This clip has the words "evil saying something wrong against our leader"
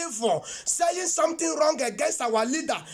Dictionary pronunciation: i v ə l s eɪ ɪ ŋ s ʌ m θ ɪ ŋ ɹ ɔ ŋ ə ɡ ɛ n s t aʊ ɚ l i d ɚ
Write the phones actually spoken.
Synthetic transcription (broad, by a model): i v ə s eɪ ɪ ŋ s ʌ m t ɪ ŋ ɹ ɔ ŋ ə ɡ ɛ n s t aʊ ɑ l i d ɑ